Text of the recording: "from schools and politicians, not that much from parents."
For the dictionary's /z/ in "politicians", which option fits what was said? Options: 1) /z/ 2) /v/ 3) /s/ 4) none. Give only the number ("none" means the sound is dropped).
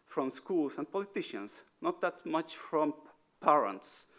3